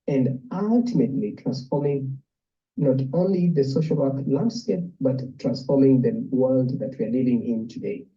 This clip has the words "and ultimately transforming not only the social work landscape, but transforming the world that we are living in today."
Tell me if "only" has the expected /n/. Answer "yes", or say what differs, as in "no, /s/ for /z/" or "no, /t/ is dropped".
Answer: yes